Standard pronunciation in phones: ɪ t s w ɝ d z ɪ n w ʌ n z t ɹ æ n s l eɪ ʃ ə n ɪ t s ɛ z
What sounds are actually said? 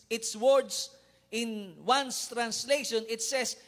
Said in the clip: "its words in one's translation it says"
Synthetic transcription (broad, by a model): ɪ t s w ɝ d s ɪ n w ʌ n s t ɹ æ n s l eɪ ʃ ə n ɪ t s ɛ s